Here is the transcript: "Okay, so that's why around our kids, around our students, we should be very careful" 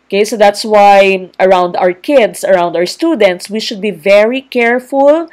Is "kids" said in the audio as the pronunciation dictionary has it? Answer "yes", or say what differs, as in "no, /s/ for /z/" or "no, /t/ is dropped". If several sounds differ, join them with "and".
no, /s/ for /z/